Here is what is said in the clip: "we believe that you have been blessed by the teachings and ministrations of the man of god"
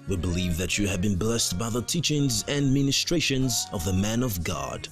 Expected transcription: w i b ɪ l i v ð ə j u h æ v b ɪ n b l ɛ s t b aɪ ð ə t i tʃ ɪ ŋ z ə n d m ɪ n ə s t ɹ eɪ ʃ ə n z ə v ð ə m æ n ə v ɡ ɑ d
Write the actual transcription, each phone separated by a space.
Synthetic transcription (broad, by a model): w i b ɪ l i v ð ə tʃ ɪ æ v b ɪ n b l ɛ s t b aɪ ð ə t i tʃ ɪ ŋ z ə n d m ɪ n ə s t ɹ eɪ ʃ ə n z ə v ð ə m æ n ə v ɡ ɑ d